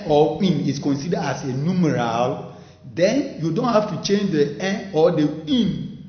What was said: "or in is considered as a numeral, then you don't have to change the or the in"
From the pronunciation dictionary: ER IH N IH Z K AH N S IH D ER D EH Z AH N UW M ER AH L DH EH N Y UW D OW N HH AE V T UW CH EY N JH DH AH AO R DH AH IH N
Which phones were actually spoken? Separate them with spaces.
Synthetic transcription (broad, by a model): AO IH N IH S K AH N S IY D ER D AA S AH N UW M ER AH L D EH N Y UW D OW N HH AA F T UW CH EY N JH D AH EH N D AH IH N